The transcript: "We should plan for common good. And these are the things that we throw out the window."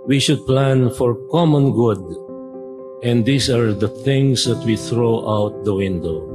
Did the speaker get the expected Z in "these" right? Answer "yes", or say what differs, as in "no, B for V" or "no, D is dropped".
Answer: no, S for Z